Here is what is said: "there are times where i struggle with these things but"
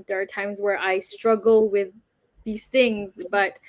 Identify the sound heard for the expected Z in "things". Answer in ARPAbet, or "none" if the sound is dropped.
Z